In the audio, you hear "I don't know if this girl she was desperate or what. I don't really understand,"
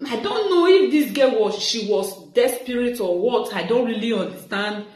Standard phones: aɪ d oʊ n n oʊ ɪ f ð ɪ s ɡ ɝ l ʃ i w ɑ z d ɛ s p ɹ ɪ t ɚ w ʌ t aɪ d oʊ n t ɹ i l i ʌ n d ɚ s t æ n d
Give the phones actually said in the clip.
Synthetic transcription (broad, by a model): aɪ d oʊ n n oʊ ɪ f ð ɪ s ɡ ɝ w ʃ i w ɑ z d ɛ s p ɹ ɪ t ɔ w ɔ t aɪ d oʊ n t ɹ i l i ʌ n d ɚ s t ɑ n d